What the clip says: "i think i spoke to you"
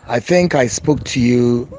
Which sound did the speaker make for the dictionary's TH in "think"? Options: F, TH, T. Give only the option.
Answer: TH